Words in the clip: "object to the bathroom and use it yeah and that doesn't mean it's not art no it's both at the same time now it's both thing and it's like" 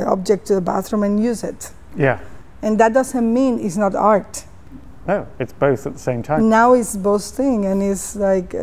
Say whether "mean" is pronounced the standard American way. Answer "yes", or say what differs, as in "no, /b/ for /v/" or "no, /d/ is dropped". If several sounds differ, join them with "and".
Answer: yes